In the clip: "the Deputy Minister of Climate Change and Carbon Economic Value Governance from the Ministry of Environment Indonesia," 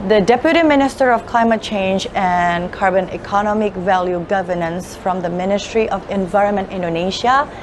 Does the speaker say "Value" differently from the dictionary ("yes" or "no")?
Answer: no